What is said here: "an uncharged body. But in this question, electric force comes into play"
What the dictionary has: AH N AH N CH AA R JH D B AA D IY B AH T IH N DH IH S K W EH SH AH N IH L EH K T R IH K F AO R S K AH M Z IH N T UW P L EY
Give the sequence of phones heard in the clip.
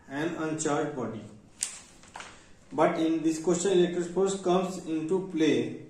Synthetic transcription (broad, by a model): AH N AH N CH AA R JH B AA D IY B AH T IH N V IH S K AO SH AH L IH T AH T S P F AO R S K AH M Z IH N T UW P L EY